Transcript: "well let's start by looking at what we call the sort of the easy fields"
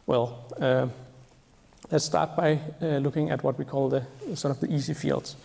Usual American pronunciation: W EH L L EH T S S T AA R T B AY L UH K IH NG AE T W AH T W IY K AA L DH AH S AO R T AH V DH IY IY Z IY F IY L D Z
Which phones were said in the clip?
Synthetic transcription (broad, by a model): W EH L L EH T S S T AA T B AY L UH K IH NG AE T W AH T W IY K AA L DH AH S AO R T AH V DH IY IY S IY F IY L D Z